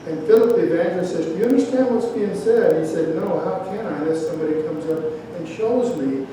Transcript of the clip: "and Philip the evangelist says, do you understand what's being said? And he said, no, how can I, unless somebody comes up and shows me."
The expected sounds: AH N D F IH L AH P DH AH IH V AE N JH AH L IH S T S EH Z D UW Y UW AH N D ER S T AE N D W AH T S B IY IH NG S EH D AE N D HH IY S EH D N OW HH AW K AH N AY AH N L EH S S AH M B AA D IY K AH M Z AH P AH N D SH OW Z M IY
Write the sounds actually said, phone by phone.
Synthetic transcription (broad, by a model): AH N F IH L AH P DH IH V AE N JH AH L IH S S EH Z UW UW AH N D ER S T AE N D W AH T S B IY IH NG S EH D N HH IY S EH D N OW HH AW K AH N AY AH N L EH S S AH M B AA D IY K AH M Z AH P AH N SH OW Z M IY